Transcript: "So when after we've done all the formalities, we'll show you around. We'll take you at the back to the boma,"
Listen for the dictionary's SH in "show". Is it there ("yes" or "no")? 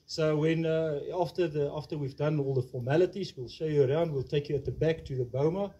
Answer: yes